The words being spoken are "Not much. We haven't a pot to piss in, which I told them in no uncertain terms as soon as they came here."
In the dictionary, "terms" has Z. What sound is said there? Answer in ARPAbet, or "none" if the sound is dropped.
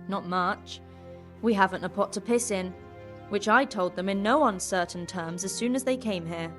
Z